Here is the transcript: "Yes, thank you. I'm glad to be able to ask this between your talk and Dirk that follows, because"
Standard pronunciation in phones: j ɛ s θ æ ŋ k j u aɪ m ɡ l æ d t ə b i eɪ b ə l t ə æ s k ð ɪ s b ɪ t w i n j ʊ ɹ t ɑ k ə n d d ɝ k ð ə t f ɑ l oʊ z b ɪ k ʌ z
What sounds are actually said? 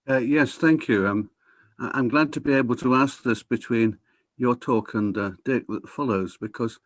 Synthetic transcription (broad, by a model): j ɛ s θ æ ŋ k j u aɪ m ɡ l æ d t ə b i eɪ b ə l t ə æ s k ð ɪ s b ɪ t w i n j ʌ ɹ t ɑ k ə n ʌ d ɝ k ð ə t f ɑ l oʊ z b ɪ k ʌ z